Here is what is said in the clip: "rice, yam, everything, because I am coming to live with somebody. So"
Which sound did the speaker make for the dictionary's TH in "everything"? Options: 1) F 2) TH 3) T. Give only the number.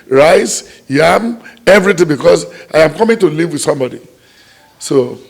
3